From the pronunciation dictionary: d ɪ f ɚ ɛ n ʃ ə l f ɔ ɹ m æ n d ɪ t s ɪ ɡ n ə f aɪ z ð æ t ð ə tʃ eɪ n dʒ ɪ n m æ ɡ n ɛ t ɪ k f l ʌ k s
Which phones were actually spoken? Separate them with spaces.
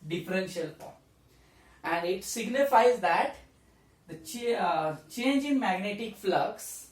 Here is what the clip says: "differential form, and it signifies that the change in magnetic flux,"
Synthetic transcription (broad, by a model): d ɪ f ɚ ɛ n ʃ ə l p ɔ æ n d ɪ t s ɪ ɡ n ə f aɪ z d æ t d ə tʃ eɪ n dʒ ɪ n m æ ɡ n ɛ t ɪ k f l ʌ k s